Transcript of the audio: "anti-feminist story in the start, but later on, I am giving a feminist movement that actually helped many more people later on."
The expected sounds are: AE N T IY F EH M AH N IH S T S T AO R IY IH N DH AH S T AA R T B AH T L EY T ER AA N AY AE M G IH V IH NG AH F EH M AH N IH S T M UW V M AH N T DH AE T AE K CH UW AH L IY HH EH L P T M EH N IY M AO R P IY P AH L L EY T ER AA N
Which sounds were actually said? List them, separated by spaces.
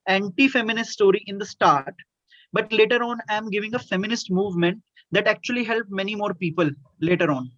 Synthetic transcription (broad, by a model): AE N T IY F EH M AH N IH S T S T AO R IY IH N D AH S T AA R T B AH T L EY T ER AA N AY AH M G IH V IH NG AH F EH M AH N IH S T M UW V M AH N T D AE T AE K CH UW AH L IY HH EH L P M EH N IY M AO R P IY P AH L L EY T ER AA N